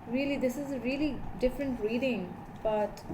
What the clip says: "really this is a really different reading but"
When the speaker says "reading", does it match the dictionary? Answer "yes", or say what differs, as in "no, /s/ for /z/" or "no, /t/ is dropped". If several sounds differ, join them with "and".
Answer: yes